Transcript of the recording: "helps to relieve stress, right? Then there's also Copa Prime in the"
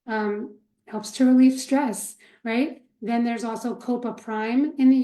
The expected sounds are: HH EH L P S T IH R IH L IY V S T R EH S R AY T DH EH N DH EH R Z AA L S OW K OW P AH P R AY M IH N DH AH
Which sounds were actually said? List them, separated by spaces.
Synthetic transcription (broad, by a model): HH EH L P S T IH R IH L IY F S T R EH S R AY T DH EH N DH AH R Z AA L S OW K OW P AH P R AY M IH N DH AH